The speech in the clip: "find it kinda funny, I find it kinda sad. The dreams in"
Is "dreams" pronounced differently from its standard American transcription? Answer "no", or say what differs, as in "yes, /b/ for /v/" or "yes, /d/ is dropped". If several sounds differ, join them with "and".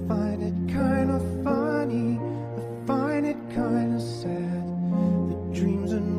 no